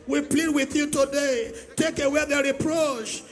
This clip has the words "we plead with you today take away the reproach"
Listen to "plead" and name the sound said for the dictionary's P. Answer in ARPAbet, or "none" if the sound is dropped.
P